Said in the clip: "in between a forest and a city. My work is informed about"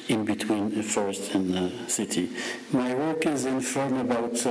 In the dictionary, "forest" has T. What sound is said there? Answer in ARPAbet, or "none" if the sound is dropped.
T